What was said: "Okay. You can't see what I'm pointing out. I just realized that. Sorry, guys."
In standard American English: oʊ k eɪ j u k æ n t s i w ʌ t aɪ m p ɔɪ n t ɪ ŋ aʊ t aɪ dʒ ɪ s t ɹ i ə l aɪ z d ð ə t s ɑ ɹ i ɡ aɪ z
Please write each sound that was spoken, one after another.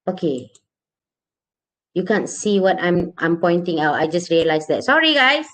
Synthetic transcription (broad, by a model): oʊ k eɪ j u k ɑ n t s i w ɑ t aɪ m p ɔɪ n t ɪ ŋ aʊ t aɪ dʒ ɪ s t ɹ i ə l aɪ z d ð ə t s ɑ ɹ i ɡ aɪ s